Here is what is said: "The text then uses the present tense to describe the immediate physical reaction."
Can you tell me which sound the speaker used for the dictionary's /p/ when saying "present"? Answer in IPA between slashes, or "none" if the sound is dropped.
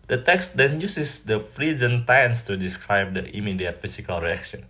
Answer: /f/